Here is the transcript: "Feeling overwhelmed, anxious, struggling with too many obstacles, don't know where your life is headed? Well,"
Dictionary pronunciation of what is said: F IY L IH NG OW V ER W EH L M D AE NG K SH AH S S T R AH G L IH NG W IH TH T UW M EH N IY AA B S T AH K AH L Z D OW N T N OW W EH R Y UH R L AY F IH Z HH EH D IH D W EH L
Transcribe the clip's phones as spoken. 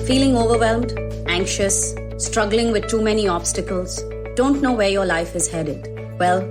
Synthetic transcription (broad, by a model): F IY L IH NG OW V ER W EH L M D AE NG K SH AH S S T R AH G L IH NG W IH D T UW M EH N IY AA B S T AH K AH L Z D OW N T N OW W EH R Y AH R L AY F IH Z HH EH D IH D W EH L